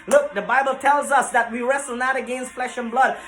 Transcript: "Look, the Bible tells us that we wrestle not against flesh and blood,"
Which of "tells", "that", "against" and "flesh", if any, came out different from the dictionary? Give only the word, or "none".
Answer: none